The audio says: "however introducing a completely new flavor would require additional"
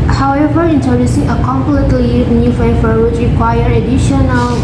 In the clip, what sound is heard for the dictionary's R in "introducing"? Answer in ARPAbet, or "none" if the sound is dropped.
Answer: none